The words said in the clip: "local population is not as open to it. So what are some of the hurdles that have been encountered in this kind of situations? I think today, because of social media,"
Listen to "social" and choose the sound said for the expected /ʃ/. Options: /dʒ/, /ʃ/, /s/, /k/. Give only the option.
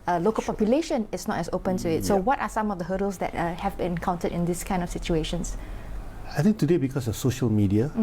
/ʃ/